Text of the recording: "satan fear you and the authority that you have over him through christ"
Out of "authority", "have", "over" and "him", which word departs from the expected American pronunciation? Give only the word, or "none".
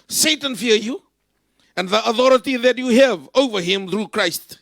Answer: none